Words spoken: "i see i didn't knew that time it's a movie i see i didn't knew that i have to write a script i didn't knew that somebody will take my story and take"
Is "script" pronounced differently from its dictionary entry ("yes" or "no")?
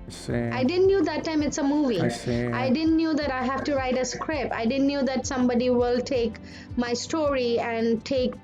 yes